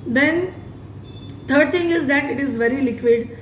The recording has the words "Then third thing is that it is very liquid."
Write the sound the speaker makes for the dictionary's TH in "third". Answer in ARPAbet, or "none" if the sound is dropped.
T